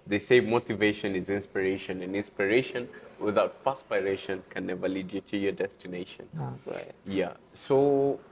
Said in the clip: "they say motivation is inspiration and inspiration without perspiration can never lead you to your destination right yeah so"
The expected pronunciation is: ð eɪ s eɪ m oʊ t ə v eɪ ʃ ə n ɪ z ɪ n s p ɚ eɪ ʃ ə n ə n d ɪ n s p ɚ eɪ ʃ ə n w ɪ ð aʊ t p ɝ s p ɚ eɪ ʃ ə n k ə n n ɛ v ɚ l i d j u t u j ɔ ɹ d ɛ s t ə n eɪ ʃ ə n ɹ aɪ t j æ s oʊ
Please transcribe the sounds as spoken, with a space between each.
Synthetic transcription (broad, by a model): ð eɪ s eɪ m oʊ t ə v eɪ ʃ ə n ɪ z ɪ n s p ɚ eɪ ʃ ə n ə n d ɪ n s p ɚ eɪ ʃ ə n w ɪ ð aʊ t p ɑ s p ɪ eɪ ʃ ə n k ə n n ɛ v ɚ l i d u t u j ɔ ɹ d ɛ s t ə n eɪ ʃ ə n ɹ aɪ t j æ s oʊ